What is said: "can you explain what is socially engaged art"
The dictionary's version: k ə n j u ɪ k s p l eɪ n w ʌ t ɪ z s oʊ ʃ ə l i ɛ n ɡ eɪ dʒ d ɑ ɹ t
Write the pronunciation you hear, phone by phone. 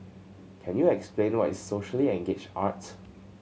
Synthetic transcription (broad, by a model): k ə n j u ɪ k s p l eɪ n w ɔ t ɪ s s oʊ ʃ ə l i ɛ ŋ ɡ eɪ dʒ ɑ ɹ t